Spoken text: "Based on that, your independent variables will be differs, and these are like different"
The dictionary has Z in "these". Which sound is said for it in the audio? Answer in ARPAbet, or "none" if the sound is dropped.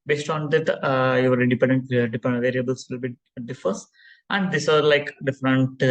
S